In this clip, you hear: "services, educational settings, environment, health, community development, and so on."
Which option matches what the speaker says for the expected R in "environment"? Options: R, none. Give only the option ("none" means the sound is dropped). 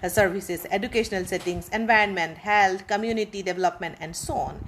R